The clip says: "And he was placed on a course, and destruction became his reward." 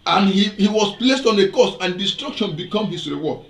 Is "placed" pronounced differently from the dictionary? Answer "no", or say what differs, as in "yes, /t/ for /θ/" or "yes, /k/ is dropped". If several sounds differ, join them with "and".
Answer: no